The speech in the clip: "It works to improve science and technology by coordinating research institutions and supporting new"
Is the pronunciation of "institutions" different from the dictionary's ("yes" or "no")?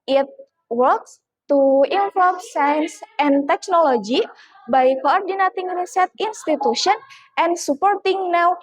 yes